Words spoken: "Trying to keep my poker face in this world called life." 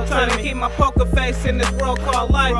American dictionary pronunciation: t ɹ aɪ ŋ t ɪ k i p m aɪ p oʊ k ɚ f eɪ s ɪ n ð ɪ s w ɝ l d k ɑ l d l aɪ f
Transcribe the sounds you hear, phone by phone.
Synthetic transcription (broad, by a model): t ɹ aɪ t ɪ k i p m aɪ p oʊ k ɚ f eɪ s ɪ n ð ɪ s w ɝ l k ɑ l l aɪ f